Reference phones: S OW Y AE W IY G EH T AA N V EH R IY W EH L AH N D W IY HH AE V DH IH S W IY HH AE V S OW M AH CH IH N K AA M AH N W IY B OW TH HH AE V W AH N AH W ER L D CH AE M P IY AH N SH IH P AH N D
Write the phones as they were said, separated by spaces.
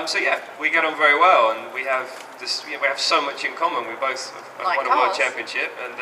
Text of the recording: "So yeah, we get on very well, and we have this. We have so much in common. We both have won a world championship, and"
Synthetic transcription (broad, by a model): S OW Y AE W IY G EH T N V EH R IY W EH L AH N W IY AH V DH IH S W IY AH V S OW M AH CH IH N K AA M AH N W IY B OW TH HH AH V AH AH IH D CH AE M P IY AH N SH IH P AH N